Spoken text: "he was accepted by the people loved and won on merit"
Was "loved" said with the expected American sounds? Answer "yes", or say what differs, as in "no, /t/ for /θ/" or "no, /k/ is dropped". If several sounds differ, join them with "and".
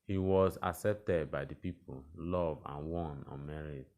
no, /d/ is dropped